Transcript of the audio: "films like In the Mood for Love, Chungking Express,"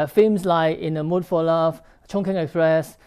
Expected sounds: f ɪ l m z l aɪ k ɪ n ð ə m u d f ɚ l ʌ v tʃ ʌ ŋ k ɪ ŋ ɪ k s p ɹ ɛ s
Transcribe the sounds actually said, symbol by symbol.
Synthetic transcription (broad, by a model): f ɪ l m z l aɪ ɪ n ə m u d f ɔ l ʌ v tʃ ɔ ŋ k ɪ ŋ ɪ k s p ɹ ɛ s